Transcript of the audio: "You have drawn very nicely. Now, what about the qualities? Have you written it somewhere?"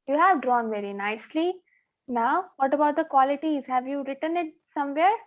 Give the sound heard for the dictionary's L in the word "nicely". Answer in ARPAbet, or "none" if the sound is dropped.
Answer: L